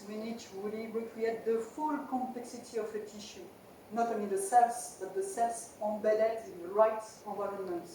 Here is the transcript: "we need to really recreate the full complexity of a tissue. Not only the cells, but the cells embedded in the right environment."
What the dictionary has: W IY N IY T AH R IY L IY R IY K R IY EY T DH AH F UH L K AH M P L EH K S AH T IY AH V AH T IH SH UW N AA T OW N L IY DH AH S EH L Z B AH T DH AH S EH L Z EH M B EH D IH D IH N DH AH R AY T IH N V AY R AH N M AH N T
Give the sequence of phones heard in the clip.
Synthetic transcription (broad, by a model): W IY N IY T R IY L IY R IY K R IY EY T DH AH F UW L K AH M P L EH K S AH T IY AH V AH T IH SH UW N AA T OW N L IY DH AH S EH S B AH T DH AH S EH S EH B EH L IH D IH N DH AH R AY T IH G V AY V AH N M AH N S